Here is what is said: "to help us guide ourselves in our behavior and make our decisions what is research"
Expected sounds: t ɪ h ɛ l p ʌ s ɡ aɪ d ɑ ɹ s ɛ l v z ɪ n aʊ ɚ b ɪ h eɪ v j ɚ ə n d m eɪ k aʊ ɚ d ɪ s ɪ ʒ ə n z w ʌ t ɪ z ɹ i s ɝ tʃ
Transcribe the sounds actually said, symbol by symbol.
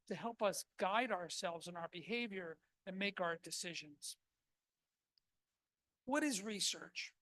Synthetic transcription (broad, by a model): t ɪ h ɛ l p ʌ s ɡ aɪ d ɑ ɹ s ɛ l v z ɪ n aʊ ɚ b ɪ h eɪ v j ɚ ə n m eɪ k aʊ ɚ d ɪ s ɪ ʒ ə n z w ʌ t ɪ z ɹ i s ɝ tʃ